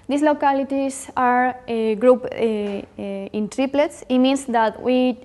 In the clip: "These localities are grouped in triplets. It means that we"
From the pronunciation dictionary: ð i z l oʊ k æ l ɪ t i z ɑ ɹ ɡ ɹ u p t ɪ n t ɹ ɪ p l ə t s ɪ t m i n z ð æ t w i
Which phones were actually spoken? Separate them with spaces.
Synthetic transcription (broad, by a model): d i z l oʊ k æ l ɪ t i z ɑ ɹ ɡ ɹ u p ɪ n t ɹ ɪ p l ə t s ɪ t m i n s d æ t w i